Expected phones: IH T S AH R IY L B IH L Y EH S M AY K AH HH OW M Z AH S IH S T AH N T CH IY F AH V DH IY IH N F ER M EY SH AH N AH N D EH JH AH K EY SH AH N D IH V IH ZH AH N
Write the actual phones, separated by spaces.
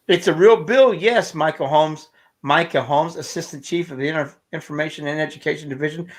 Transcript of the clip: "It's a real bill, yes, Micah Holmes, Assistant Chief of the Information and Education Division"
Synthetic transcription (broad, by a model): IH T S AH R IY L B IH L Y EH S M AY K AH HH OW M Z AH S IH S T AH N CH IY F AH V DH IY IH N F ER M EY SH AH N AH N EH JH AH K EY SH N D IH V IH ZH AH N